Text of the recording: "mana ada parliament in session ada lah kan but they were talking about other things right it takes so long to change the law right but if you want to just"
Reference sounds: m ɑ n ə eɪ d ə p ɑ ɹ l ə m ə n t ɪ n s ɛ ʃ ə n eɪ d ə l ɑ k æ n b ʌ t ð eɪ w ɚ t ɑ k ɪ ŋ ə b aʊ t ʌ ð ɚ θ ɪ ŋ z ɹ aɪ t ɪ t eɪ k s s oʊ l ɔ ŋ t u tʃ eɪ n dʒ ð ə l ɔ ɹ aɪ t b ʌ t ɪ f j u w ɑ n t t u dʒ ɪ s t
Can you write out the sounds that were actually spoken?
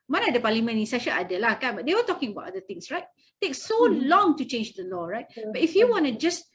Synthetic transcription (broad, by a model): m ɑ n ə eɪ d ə p ɑ l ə m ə n ɪ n s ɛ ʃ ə l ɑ d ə l ɑ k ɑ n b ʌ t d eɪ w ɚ t ɑ k ɪ ŋ ə b aʊ t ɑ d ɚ t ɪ ŋ s ɹ aɪ t t eɪ k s s oʊ l ɔ ŋ t u tʃ eɪ n dʒ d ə l ɔ ɹ aɪ t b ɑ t ɪ f j u w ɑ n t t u dʒ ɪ s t